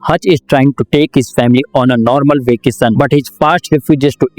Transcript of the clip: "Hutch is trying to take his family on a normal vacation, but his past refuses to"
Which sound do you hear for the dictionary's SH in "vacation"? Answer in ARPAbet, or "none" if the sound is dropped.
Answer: S